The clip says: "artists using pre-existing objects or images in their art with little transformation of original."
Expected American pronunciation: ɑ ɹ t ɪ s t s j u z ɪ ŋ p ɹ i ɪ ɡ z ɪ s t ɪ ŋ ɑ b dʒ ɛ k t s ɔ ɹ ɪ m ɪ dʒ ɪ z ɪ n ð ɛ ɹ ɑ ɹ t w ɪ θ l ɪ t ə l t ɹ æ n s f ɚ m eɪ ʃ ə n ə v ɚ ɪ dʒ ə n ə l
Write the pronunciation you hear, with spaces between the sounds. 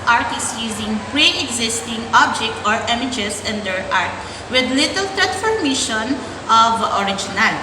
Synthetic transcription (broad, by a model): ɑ ɹ t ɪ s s j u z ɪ ŋ p ɹ i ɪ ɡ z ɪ s t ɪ ŋ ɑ b dʒ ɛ k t ɔ ɹ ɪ m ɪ dʒ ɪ s ɪ n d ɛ ɹ ɑ ɹ t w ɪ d l ɪ t ə l t ɹ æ n s f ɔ m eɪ ʃ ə n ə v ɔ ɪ dʒ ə n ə l